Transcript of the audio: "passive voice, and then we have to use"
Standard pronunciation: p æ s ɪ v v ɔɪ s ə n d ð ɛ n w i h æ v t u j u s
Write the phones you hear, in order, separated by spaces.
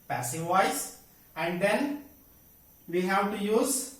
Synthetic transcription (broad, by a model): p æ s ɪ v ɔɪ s ə n d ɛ n w i h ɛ w t u j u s